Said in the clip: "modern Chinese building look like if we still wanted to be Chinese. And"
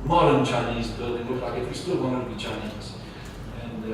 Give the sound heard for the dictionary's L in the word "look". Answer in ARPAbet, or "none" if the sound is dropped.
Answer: W